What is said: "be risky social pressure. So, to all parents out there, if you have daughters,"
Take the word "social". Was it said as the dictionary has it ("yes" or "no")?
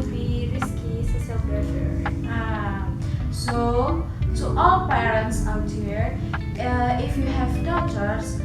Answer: no